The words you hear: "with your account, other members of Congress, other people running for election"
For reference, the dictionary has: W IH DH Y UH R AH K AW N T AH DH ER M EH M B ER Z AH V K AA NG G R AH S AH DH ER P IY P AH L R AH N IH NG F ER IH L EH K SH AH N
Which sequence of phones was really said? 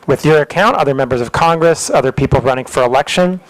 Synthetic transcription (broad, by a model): W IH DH Y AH R AH K AW N T AH DH ER M EH M B ER Z AH V K AA NG G R AH S AH DH ER P IY P L R AH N IH NG F ER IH L EH K SH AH N